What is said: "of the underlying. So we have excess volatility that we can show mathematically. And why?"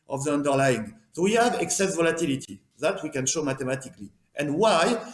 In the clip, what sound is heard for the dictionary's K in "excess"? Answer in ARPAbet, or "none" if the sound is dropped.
K